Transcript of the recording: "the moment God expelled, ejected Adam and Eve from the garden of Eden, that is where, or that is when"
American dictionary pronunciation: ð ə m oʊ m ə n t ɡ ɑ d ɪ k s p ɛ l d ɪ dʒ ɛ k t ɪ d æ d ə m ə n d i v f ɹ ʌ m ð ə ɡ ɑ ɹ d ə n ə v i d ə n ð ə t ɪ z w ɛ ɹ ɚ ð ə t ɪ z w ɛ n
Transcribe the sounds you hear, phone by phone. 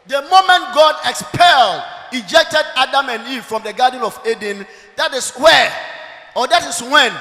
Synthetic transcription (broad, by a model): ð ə m oʊ m ə n t ɡ ɑ d ɪ k s p ɛ l d ɪ dʒ ɛ k t ɪ d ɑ d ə m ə n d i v f ɹ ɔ m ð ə ɡ ɑ d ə n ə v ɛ d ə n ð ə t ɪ s w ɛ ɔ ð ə t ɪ s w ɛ n